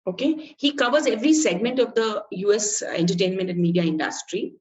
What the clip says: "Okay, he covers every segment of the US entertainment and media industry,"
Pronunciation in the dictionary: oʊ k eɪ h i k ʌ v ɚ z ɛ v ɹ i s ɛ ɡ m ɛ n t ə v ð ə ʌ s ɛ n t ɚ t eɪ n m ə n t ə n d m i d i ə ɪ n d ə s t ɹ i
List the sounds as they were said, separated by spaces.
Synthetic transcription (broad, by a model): oʊ k eɪ h i k ʌ v ɚ z ɛ v ɹ i s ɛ ɡ m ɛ n t ə v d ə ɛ s ɛ n t ɚ t eɪ n m ə n t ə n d m i d i ə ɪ n d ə s t ɹ i